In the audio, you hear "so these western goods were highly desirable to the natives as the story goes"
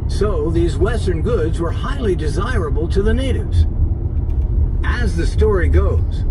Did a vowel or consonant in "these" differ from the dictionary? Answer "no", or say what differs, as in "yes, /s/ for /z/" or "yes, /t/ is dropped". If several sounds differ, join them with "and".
no